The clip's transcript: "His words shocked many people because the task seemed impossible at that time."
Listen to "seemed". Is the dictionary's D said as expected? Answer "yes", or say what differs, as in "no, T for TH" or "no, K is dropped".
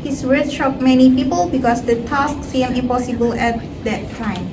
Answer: no, D is dropped